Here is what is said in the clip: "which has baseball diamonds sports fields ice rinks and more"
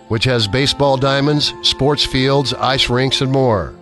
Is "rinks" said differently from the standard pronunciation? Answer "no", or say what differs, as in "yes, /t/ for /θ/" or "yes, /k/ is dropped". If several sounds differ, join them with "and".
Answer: no